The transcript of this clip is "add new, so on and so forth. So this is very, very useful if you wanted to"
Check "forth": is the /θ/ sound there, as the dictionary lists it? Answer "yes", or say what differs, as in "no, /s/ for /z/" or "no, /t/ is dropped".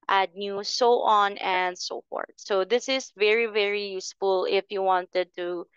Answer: no, /t/ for /θ/